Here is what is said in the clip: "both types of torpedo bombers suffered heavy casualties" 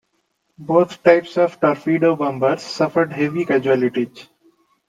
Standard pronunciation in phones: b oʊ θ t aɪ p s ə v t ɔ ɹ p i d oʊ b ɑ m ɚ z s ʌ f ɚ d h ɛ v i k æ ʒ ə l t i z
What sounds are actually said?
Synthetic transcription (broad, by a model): b oʊ t t aɪ p s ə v t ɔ ɹ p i d oʊ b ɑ m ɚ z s ʌ f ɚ d h ɛ v i k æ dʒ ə l t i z